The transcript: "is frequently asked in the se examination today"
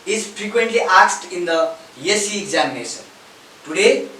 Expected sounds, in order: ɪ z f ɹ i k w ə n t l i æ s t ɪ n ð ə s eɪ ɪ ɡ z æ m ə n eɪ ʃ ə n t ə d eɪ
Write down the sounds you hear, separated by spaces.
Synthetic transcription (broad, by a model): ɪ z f ɹ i k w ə n t l i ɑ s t ɪ n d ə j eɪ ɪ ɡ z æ m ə n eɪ s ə n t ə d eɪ